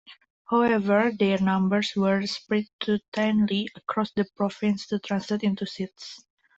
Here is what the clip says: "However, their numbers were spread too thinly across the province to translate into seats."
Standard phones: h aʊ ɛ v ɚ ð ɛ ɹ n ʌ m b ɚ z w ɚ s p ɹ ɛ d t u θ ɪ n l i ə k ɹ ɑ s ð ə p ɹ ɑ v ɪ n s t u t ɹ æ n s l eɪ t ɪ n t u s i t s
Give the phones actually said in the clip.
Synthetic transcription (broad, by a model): h aʊ ɛ v ɚ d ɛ ɹ n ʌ m b ɚ s w ɚ s p ɹ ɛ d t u t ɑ n l i ə k ɹ ɑ s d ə p ɹ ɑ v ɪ n s t u t ɹ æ n s l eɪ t ɪ n t u s i t s